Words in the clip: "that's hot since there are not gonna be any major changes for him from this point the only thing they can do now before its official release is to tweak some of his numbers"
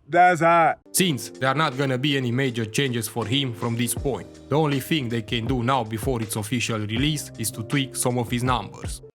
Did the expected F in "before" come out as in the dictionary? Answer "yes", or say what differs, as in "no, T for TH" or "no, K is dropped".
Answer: yes